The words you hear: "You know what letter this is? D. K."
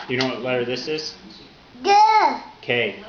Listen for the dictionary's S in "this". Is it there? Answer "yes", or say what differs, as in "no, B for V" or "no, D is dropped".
yes